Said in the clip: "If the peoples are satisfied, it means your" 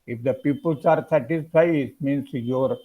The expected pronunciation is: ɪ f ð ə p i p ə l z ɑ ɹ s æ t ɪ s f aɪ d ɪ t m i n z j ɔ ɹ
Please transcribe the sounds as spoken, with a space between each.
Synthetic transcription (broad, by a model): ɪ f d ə p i p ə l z ɑ ɹ s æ t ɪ s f aɪ ɪ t m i n s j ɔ ɹ